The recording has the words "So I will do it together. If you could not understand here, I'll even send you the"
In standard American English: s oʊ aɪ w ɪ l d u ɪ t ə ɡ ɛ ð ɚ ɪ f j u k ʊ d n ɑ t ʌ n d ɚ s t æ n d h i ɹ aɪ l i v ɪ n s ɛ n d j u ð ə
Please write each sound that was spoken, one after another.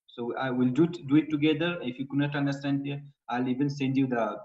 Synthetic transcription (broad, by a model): s oʊ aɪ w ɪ l d u ɪ t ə ɡ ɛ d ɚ ɪ f j u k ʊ n ɑ t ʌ n d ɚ s t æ n d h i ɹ aɪ l i v ɪ n s ɛ n d j u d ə